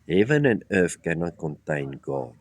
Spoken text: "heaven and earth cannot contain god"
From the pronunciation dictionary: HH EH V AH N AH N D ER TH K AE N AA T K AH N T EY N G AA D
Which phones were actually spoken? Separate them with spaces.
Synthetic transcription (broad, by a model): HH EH V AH N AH N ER F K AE N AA K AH N T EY N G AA